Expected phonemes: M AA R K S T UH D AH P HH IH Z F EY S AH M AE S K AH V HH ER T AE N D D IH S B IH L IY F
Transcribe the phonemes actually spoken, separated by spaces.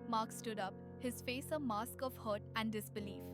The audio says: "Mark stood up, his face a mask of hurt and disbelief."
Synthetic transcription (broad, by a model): M AA R K S T UH D AH P HH IH Z F EY S AH M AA S K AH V HH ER T AE N D D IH S B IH L IY F